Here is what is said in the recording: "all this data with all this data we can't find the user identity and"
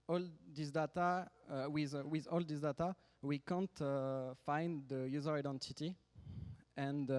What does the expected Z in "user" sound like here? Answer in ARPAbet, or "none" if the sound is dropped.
Z